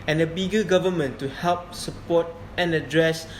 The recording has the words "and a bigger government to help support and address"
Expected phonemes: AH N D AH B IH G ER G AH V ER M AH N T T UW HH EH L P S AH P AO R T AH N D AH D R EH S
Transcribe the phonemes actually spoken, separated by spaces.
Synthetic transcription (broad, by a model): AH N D AH B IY G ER G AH V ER M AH N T T UW HH EH L P S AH P AO T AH N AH D R EH S